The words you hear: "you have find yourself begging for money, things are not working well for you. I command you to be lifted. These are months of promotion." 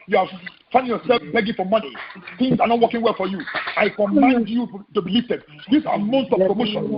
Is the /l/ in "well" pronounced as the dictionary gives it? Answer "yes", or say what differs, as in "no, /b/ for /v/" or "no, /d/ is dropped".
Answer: yes